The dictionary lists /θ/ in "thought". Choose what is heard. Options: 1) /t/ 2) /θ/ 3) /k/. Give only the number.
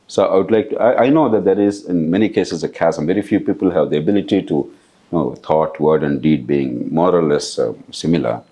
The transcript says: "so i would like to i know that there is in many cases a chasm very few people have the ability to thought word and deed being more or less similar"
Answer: 1